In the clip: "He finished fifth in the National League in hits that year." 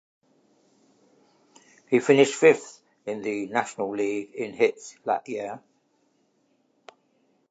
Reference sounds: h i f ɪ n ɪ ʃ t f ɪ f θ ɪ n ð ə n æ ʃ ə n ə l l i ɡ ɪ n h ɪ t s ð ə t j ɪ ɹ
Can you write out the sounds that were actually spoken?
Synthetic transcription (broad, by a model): h i f ɪ n ɪ ʃ t f ɪ f θ ɪ n ð ə n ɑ ʃ ə n ə l l i ɡ ɪ n h ɪ t s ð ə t j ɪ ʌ